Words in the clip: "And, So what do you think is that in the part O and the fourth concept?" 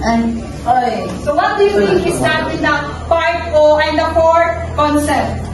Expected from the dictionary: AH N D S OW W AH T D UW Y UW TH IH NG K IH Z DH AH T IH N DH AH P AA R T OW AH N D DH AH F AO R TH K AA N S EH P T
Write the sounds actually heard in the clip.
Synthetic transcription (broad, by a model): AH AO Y S OW W AH T D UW Y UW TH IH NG K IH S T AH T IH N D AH F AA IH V OW AH N D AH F AO R K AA N S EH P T